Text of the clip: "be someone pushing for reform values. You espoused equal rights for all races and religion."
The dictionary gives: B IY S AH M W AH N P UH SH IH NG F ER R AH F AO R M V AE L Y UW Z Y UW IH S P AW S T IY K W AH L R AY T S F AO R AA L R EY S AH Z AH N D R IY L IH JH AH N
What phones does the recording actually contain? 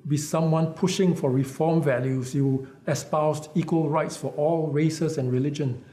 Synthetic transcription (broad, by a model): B IY S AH M W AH N P UH SH IH NG F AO R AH F AO M V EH L Y UW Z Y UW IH S P AW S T IY K W AH L R AY T S F AO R AA L R EY S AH S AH N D R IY L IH JH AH N